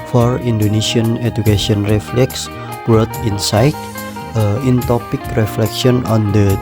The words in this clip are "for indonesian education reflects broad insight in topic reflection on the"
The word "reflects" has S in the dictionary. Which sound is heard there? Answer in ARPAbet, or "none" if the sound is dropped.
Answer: S